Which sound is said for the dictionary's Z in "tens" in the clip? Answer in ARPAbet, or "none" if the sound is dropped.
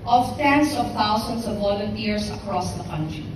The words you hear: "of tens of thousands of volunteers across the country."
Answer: S